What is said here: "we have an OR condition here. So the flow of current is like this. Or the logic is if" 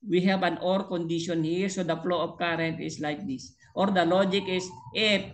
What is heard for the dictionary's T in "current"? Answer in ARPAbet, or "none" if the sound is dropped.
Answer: T